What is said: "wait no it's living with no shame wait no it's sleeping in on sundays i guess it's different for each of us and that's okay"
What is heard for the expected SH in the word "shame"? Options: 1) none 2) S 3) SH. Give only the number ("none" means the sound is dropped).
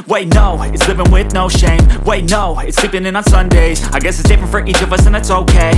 3